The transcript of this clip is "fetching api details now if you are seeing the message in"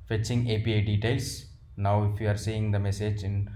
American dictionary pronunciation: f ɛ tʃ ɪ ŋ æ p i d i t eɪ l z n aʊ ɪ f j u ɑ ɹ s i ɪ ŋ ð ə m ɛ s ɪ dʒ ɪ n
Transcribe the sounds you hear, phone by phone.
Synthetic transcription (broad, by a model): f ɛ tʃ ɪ ŋ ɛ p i d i t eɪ l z n aʊ ɪ f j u ɑ ɹ s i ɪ ŋ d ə m ɛ s ɪ dʒ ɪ n